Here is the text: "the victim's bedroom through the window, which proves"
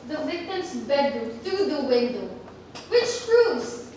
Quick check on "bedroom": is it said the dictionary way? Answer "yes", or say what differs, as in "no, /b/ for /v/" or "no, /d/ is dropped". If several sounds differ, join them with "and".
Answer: no, /ɹ/ is dropped